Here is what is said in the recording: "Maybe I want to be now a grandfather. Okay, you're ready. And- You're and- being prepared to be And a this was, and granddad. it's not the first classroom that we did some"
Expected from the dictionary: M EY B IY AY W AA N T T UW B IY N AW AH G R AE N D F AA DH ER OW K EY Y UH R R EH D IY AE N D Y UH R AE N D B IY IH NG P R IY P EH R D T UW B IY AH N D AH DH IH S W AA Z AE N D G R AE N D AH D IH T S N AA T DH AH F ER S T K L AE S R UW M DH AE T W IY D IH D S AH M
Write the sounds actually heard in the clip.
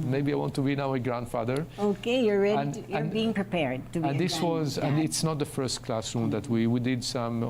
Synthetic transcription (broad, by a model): M EY B IY AY W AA N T T UW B IY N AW AH G R AE N D F AA DH ER OW K EY Y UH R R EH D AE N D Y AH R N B IY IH NG P R IY P EH R D T UW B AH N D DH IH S W AA Z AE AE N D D IH T S N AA T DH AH F ER S T K L AE S R UW M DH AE T W IY D IH D S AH M